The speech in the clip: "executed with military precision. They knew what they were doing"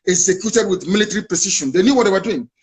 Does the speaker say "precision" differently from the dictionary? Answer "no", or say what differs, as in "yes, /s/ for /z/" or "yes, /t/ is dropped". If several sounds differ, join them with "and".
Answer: yes, /ʃ/ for /ʒ/